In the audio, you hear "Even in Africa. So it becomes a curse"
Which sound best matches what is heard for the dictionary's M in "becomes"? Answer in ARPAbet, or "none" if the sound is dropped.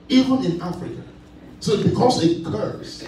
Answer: none